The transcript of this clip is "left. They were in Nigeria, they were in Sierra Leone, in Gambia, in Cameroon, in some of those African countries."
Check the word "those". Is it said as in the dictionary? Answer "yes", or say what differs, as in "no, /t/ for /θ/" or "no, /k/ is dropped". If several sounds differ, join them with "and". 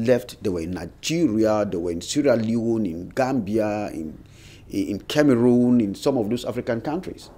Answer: no, /s/ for /z/